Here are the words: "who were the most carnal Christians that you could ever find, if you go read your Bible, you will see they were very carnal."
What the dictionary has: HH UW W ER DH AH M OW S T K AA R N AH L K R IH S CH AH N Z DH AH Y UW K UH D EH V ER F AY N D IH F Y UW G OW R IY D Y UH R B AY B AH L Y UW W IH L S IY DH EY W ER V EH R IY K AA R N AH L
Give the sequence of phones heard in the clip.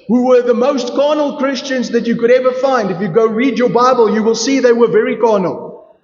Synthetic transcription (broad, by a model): HH UW W ER DH AH M OW S T K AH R N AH L K R IH S CH AH N Z DH AH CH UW K UH D EH V ER F AY N D IH F Y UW G OW R IY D Y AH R B AY B AH L Y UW W IH L S IY DH EY W ER V EH R IY K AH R N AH L